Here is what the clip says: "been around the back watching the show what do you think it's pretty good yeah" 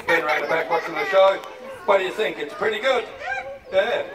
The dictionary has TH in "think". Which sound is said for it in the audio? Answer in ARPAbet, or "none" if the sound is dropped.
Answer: TH